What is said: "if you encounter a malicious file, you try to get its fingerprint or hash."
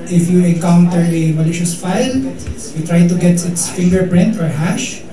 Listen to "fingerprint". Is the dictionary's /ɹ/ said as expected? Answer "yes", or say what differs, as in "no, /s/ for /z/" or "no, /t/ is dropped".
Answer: yes